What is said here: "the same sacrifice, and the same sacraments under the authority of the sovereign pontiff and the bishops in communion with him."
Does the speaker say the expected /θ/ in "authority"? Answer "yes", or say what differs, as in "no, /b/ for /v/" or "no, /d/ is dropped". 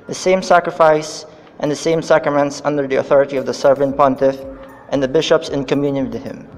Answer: yes